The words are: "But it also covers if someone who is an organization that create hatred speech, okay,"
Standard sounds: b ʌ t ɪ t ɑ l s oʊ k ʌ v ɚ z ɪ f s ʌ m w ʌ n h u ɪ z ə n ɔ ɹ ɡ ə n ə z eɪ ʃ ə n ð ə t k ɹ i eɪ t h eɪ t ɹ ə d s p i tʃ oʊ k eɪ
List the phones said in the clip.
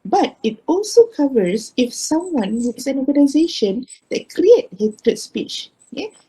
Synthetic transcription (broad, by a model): b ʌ t ɪ t ɑ l s oʊ k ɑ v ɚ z ɪ f s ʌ m w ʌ n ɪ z ə n ɔ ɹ ɡ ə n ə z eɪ ʃ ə n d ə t k ɹ i eɪ t h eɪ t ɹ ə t s p i tʃ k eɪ